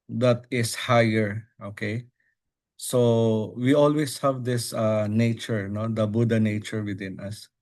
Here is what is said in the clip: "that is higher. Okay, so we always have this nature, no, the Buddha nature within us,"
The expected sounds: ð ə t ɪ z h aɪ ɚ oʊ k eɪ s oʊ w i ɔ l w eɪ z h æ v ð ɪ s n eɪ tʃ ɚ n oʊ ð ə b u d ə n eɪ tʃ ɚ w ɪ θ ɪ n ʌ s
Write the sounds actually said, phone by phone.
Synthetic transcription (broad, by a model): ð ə t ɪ s h aɪ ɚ oʊ k eɪ s oʊ w i ɔ l w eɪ s h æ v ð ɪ s n eɪ tʃ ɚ n oʊ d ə b u d ə n eɪ tʃ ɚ w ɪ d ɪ n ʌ s